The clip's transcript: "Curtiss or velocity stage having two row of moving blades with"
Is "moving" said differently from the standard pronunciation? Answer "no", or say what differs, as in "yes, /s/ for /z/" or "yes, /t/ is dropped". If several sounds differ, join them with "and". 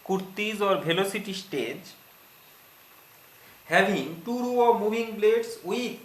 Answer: yes, /b/ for /v/